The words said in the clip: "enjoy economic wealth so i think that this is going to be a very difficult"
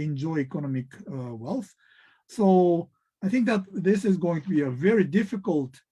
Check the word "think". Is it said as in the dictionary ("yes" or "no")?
yes